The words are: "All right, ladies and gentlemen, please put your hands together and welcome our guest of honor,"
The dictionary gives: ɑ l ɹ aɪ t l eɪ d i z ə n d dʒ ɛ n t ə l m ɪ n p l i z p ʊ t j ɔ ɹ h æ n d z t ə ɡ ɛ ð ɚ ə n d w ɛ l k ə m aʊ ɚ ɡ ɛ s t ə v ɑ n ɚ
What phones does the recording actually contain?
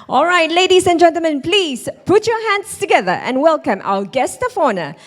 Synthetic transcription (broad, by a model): ɑ l ɹ aɪ t l eɪ d i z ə n dʒ ɛ n t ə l m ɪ n p l i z p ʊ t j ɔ h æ n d s t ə ɡ ɛ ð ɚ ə n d w ɛ l k ə m aʊ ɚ ɡ ɛ s t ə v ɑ n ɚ